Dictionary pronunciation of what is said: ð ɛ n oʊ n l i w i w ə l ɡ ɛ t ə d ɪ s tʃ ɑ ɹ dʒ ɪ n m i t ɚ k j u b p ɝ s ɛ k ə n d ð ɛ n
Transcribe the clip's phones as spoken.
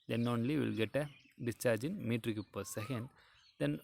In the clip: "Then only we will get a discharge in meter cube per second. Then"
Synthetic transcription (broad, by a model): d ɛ n oʊ n l i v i l ɡ ɛ t ə d ɪ s tʃ ɑ ɹ dʒ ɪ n m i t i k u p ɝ s ɛ k ə n d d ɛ n